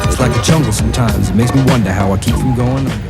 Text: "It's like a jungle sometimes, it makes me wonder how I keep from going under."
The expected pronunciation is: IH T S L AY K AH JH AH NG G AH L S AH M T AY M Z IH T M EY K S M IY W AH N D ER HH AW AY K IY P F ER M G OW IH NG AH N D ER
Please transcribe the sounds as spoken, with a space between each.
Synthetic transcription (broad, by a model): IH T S L AY K AH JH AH NG G L S AH M T AY M Z IH T M EY K S M IY W AH N D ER HH AW AY K IY P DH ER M G OW IH NG